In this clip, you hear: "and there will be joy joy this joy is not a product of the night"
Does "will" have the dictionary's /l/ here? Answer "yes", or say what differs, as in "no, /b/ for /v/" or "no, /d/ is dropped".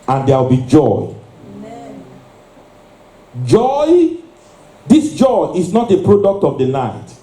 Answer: no, /w/ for /l/